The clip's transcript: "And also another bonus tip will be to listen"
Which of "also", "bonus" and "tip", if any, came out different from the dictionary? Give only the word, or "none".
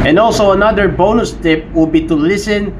none